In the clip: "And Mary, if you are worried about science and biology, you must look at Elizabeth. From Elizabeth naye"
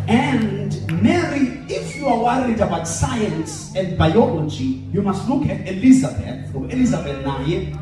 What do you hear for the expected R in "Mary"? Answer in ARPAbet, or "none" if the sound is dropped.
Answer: R